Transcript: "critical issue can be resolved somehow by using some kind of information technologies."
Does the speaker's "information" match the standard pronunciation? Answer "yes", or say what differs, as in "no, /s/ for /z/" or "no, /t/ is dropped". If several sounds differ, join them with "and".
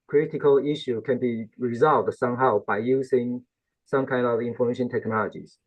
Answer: yes